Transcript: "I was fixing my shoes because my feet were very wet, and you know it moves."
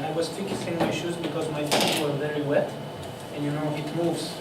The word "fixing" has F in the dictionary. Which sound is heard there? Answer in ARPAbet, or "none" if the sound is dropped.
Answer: F